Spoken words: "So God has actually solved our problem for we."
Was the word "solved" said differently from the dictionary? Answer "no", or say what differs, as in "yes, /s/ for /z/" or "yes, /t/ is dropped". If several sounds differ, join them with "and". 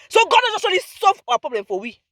yes, /d/ is dropped